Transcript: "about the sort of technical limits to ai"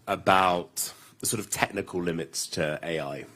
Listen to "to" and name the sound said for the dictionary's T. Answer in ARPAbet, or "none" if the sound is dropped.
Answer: T